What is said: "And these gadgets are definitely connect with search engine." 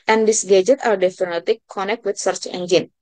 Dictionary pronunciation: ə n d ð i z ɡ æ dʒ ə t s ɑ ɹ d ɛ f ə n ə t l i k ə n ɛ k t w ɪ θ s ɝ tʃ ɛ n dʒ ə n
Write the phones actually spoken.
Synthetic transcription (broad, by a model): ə n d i s ɡ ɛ dʒ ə t ɑ ɹ d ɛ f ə n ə t i k ə n ɛ k t w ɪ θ s ɝ tʃ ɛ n dʒ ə n